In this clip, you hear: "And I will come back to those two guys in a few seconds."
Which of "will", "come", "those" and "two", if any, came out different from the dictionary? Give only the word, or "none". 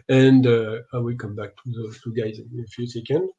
those